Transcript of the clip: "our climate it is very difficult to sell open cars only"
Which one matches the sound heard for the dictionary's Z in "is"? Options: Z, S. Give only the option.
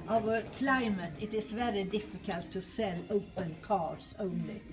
S